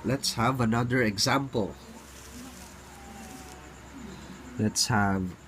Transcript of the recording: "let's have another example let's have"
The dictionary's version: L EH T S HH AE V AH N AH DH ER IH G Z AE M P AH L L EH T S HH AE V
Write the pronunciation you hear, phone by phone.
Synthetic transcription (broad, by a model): L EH T S HH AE V AH N AH DH ER IH G Z AE M P AH L L EH T S HH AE V